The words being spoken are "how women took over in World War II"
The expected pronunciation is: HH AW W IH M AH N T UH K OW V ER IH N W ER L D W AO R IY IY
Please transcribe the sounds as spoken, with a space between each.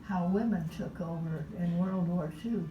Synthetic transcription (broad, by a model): HH AW W IH M AH N T UH K OW V ER IH N W ER L D W AO R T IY